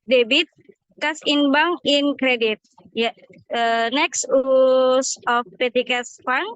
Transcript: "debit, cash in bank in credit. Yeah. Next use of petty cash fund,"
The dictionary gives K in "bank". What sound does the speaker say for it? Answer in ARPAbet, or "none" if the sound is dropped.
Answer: none